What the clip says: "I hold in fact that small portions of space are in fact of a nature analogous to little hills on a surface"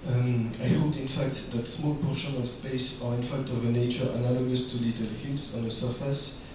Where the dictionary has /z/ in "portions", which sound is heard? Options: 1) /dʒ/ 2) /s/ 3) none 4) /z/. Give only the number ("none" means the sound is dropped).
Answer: 3